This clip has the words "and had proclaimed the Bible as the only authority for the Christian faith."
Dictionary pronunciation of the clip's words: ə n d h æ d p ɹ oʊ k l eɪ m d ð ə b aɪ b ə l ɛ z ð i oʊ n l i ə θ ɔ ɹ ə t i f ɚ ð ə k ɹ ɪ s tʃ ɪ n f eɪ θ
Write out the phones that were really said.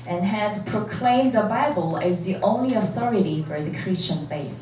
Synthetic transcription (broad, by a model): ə n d h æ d p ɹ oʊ k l eɪ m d ð ə b aɪ b ə l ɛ z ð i oʊ n l i ə θ ɔ ɹ ə t i f ɚ ð ə k ɹ ɪ s tʃ ɪ n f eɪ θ